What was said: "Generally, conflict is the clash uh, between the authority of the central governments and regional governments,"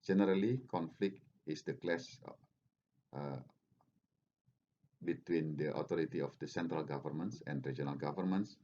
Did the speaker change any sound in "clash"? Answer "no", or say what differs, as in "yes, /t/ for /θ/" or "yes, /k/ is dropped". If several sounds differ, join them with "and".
yes, /s/ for /ʃ/